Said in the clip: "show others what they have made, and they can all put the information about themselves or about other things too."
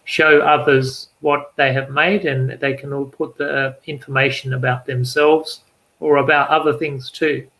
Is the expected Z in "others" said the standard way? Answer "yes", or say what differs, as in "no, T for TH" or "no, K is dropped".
yes